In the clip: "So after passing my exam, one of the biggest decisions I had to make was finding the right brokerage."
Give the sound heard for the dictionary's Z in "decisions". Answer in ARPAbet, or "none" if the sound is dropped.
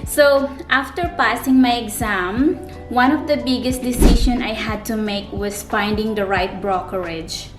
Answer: none